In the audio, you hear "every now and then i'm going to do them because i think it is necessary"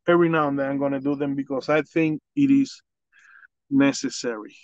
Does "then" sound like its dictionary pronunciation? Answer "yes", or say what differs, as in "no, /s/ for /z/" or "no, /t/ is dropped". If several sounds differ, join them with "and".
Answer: no, /n/ is dropped